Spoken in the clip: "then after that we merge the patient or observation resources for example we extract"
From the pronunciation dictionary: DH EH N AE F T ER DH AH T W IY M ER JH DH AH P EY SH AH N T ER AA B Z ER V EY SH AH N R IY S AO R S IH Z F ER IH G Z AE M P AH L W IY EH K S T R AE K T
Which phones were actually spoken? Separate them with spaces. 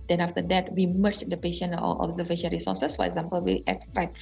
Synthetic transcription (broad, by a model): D EH N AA F T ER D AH T W IY M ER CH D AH P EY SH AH N AO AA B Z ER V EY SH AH N R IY S AO S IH S F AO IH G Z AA M P AH L W IY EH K S T R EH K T